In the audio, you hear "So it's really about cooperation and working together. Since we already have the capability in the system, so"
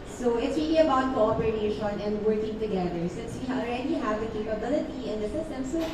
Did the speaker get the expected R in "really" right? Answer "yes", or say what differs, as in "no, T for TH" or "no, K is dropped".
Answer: no, W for R